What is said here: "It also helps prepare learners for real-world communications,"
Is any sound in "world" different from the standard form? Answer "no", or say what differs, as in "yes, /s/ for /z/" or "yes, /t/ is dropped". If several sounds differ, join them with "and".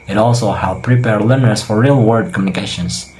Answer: yes, /l/ is dropped